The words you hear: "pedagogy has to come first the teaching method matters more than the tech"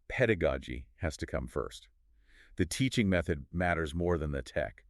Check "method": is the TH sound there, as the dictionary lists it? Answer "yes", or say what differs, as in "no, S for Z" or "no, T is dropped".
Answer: yes